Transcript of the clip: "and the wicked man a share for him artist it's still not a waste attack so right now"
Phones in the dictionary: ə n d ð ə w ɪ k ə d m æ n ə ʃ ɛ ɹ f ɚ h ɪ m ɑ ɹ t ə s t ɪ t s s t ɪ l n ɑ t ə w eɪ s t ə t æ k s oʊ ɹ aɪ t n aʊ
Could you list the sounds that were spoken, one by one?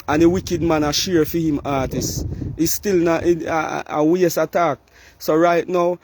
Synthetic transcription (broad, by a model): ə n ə w ɪ k ə d m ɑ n ə ʃ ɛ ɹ f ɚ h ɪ m ɑ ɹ t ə s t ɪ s s t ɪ l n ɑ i ə w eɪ s ə t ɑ k s oʊ ɹ aɪ t n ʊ